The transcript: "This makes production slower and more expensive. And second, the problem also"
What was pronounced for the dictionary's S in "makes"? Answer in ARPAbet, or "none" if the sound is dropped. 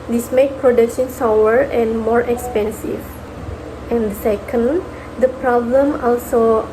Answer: none